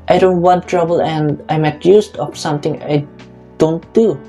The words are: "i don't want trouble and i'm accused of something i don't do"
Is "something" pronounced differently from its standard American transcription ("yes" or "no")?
yes